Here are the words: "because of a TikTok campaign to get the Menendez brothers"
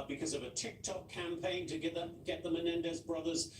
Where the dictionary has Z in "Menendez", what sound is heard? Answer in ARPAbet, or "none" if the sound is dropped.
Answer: Z